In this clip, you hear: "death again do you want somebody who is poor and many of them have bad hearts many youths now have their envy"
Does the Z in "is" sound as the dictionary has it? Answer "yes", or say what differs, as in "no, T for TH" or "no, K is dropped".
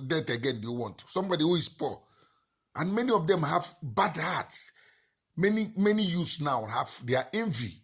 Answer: no, S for Z